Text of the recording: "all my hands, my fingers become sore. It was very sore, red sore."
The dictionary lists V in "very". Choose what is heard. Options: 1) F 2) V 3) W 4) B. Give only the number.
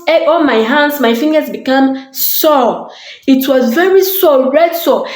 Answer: 2